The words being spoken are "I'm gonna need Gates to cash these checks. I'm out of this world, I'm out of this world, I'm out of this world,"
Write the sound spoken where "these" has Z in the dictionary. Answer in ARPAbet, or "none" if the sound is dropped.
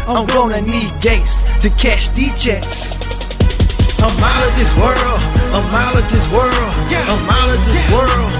none